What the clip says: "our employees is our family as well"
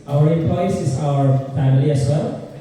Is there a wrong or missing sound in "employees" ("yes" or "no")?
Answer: yes